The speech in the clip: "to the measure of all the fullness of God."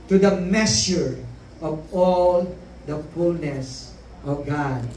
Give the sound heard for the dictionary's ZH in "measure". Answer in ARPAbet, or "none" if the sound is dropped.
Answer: S